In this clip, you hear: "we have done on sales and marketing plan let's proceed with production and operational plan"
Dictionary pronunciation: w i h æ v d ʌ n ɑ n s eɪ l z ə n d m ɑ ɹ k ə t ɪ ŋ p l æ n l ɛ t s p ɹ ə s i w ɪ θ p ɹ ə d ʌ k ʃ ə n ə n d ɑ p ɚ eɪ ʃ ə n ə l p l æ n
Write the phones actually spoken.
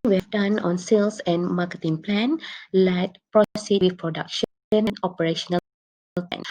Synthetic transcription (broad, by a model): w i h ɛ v d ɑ n ɑ n s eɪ l s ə n m ɑ k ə t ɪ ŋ p l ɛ n l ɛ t p ɹ ə s i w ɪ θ p ɹ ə d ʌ k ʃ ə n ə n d ɑ p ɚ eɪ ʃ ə n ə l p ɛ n